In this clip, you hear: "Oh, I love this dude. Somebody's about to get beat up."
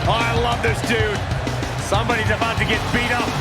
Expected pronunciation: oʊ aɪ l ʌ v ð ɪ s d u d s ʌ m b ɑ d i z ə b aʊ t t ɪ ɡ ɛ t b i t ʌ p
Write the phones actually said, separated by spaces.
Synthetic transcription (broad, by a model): aɪ l ʌ v ð ɪ s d u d s ʌ m b ɑ d i z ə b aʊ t t ɪ ɡ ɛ t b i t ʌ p